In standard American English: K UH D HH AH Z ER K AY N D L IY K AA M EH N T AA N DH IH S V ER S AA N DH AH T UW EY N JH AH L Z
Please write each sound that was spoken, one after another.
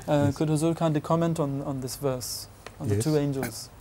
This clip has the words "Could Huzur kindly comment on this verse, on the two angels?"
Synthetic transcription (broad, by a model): K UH D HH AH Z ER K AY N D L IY K AA M EH N T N N DH IH S V ER S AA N DH AH T UW EY N JH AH L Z